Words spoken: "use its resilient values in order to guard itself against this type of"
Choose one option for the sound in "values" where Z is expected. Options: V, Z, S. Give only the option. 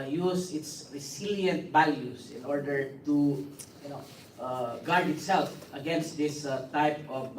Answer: S